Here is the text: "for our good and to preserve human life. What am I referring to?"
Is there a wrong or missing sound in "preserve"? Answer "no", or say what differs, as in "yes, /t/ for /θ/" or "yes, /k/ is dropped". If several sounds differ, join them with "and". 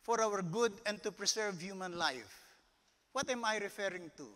yes, /s/ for /z/